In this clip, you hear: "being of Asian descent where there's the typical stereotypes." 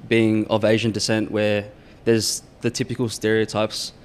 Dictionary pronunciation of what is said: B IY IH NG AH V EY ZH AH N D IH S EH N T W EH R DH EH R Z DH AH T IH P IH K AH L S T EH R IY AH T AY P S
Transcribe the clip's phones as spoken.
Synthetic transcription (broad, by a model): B IY IH NG AH V EY ZH AH N D IH S EH N T W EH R DH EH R Z DH AH T IH P IH K AH L S T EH R IY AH T AY P S